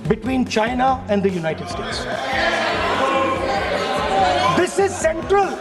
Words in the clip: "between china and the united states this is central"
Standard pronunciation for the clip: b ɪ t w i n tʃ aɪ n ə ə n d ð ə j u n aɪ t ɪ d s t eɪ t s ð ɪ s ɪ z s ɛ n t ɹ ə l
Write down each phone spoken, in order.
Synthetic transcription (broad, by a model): b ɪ t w i n tʃ aɪ n ə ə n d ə j u n aɪ t ɪ d s t eɪ t s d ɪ s ɪ z s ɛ n t ɹ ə l